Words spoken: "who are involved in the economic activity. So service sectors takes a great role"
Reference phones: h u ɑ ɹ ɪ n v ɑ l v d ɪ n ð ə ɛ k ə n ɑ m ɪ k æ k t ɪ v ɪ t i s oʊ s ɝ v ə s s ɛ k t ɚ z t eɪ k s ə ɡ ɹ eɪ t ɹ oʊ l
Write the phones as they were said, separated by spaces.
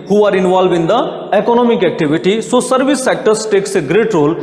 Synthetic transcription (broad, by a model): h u ɑ ɹ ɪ n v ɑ l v ɪ n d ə ɛ k ə n ɑ m ɪ k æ k t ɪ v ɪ t i s oʊ s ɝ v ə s s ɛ k t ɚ s t eɪ k s ə ɡ ɹ eɪ t ɹ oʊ l